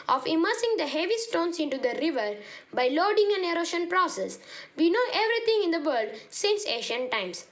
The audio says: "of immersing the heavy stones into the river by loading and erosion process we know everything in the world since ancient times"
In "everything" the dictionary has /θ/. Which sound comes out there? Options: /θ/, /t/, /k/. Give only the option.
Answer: /t/